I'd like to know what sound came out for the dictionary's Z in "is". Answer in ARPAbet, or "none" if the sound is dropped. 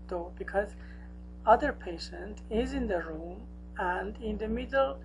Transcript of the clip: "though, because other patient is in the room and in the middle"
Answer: Z